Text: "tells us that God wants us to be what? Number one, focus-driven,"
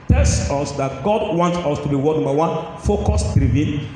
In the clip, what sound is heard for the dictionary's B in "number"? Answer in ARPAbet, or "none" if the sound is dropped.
none